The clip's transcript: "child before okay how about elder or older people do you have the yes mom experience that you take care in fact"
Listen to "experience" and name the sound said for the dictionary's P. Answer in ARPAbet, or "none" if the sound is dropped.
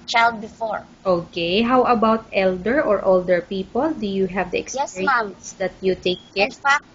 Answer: none